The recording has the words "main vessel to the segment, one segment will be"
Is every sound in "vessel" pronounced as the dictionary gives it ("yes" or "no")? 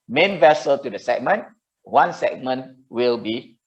yes